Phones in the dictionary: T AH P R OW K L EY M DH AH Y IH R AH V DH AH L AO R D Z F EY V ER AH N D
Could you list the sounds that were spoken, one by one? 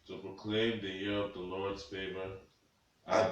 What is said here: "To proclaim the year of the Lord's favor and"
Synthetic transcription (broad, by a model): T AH P R OW K L EY M DH AH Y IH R AH V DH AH L AO R D Z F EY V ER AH